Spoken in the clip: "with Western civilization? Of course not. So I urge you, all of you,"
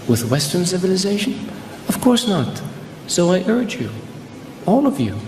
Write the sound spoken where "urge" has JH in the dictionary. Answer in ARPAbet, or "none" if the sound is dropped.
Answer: JH